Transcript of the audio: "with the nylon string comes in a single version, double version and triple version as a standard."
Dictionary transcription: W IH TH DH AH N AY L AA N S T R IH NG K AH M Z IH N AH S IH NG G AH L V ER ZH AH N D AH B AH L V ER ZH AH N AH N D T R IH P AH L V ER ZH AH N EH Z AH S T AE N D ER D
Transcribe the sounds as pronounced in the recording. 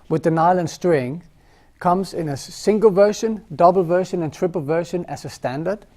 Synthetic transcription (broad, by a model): W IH DH AH N AY L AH N S T R IH NG K AH M Z IH N AH S IH NG G AH L V ER SH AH N D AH B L V ER SH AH N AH N T R IH P AH L V ER SH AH N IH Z AH S T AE N D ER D